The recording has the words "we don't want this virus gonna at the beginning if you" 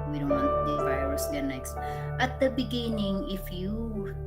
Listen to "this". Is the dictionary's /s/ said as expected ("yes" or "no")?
no